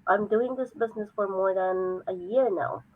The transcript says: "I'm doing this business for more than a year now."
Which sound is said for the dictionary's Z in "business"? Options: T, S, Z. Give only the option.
Z